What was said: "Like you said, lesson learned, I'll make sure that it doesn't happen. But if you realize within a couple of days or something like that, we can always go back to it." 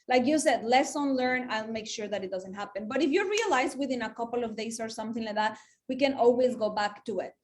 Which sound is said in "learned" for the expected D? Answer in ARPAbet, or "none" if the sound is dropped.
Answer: none